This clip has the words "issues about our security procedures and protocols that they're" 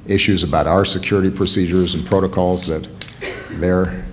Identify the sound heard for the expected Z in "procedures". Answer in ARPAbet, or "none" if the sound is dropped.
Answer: Z